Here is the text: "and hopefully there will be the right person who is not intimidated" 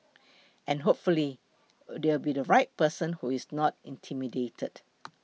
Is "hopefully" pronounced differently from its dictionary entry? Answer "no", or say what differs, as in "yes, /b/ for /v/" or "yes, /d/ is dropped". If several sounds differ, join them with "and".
no